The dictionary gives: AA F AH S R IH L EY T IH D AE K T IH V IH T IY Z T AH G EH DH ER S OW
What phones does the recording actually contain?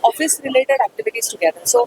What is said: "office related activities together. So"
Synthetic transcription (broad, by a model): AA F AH S R IH L EY T IH D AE K T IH V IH T IY S T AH G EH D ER S OW